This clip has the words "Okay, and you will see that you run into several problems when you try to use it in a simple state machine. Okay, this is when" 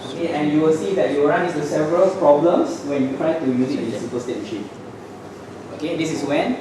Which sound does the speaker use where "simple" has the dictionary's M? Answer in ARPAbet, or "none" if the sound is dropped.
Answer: none